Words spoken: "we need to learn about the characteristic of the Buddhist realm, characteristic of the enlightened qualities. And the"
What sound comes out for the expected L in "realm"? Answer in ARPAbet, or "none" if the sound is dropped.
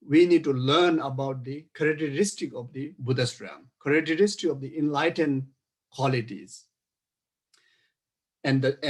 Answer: none